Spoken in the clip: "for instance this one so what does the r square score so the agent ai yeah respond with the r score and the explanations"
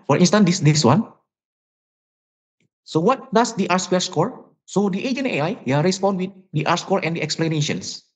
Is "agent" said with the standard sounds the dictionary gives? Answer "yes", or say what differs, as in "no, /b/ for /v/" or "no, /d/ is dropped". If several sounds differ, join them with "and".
no, /t/ is dropped